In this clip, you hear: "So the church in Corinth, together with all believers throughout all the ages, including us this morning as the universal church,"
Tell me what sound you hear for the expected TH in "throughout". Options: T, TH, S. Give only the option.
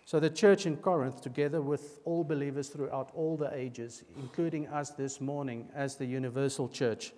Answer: TH